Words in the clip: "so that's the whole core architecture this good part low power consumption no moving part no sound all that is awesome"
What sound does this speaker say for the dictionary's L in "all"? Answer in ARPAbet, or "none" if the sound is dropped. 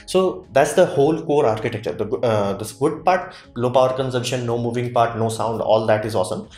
L